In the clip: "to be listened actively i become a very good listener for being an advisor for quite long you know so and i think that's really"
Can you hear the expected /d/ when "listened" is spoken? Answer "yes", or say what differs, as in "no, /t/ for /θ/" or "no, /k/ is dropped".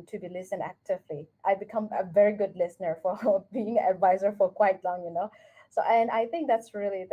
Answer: no, /d/ is dropped